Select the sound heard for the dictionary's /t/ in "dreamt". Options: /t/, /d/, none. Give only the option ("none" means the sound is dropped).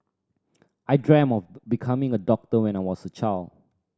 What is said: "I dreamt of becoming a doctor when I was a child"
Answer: none